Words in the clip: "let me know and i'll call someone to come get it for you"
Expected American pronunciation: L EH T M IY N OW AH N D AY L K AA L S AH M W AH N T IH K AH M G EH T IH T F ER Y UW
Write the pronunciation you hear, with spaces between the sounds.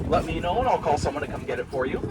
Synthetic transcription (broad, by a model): L EH T M IY N OW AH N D AY L K AA L S AH M W AH N T IH K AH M G EH T IH T F ER Y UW